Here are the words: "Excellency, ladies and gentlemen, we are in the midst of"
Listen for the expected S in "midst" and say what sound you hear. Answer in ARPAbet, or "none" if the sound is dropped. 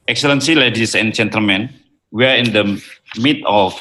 none